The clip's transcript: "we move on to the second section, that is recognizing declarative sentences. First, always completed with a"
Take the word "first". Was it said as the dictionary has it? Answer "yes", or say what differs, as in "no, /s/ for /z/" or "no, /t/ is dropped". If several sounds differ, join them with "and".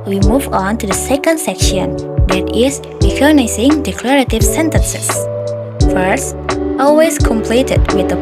yes